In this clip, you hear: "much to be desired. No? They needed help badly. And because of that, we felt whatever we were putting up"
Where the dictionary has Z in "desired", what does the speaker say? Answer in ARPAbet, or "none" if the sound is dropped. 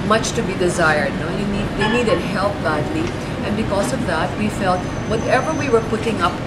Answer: Z